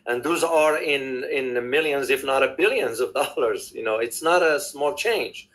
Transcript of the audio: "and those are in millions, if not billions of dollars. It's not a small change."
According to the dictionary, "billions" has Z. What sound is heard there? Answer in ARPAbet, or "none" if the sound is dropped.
Z